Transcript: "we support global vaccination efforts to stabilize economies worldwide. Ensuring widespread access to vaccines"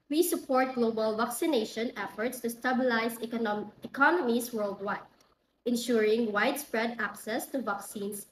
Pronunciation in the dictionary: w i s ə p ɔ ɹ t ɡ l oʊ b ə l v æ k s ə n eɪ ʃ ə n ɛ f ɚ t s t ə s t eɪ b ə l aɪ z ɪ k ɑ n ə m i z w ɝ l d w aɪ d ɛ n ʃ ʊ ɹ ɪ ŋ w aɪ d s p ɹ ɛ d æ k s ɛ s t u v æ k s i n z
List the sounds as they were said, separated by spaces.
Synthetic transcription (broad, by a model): w i s ə p ɔ ɹ t ɡ l oʊ b ə l v æ k s ə n eɪ ʃ ə n ɛ f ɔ t s t ə s t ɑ b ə l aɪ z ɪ k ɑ n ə m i s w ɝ l d w aɪ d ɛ n ʃ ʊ ɹ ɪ ŋ w aɪ d s p ɹ ɛ d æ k s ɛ s t u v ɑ k s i n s